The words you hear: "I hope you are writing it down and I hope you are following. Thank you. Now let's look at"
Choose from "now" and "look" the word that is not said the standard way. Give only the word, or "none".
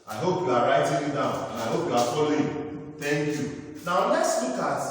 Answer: look